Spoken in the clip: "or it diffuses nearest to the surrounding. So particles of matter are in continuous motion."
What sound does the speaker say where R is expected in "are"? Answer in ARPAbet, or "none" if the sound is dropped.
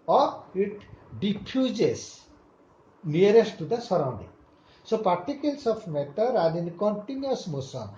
L